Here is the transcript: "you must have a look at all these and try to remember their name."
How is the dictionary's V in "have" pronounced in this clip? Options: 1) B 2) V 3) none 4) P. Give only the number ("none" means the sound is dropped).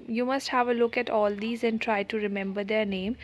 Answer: 2